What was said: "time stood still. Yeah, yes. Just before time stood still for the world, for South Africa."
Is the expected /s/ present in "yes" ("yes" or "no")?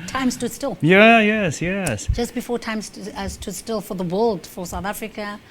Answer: yes